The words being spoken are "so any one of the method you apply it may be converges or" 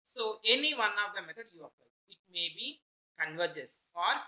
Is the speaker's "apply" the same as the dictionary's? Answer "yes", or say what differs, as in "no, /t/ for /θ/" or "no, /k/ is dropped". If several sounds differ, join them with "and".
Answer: no, /l/ is dropped